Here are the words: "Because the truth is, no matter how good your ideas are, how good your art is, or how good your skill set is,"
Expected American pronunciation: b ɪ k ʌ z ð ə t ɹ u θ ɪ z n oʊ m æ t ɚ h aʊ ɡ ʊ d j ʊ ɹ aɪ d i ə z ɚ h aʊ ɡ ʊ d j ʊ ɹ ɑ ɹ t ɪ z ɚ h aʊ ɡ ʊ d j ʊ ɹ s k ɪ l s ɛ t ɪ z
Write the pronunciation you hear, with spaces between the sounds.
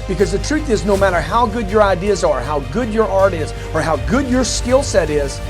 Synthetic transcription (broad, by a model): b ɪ k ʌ z ð ə t ɹ u θ ɪ z n oʊ m æ t ɚ h aʊ ɡ ʊ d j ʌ ɹ aɪ d i ə z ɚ h aʊ ɡ ʊ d j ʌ ɹ ɑ ɹ t ɪ z ɚ h aʊ ɡ ʊ d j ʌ ɹ s k ɪ l s ɛ t ɪ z